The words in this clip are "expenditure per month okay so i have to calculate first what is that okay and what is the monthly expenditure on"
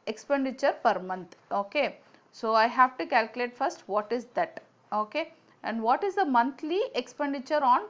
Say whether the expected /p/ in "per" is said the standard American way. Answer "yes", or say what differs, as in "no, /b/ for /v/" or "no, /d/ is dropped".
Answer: yes